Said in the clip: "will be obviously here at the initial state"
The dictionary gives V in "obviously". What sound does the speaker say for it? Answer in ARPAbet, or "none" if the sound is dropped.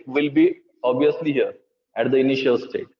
none